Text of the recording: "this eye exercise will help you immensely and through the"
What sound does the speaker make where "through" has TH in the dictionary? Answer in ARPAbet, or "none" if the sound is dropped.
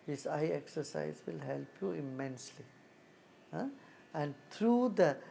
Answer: T